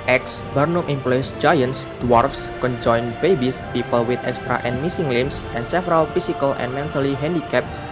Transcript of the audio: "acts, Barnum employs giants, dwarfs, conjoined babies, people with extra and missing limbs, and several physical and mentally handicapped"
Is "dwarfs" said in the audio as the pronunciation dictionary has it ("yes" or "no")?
yes